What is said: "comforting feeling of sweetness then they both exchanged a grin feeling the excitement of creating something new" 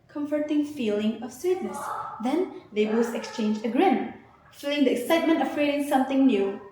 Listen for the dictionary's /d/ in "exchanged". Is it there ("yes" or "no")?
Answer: no